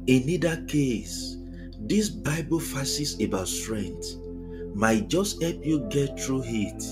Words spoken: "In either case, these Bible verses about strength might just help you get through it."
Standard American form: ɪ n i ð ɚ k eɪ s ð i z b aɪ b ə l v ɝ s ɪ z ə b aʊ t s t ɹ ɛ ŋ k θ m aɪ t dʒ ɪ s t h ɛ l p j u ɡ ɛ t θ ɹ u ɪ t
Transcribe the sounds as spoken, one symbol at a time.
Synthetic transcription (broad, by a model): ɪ n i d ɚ k eɪ s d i s b aɪ b ə l f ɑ s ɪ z ə b aʊ t s t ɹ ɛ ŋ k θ m aɪ t dʒ ɪ s t h ɛ l p j u ɡ ɛ t t ɹ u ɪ t